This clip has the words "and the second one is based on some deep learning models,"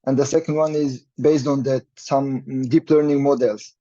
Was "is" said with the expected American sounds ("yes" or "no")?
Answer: yes